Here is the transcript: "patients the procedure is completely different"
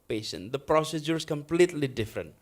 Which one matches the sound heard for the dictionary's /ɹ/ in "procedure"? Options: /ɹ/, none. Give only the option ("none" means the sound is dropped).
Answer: /ɹ/